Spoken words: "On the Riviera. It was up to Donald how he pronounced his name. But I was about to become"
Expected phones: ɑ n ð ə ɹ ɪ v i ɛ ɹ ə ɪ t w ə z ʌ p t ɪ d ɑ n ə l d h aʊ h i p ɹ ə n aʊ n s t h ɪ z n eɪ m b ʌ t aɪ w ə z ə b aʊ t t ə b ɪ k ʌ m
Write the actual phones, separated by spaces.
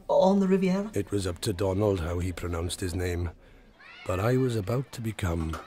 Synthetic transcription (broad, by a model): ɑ n ð ə ɹ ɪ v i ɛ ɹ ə ɪ t w ə z ʌ p t ɪ d ɑ n ə l d h aʊ i p ɹ ə n aʊ n s t h ɪ z n eɪ m b ʌ t aɪ w ə z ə b aʊ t t ə b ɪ k ʌ m